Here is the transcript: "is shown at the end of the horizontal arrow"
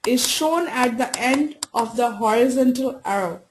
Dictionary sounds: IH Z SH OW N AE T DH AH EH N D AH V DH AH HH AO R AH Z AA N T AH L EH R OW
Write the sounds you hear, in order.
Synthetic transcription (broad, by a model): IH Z SH OW N AE T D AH EH N D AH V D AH HH AO R AH Z AA N T AH L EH R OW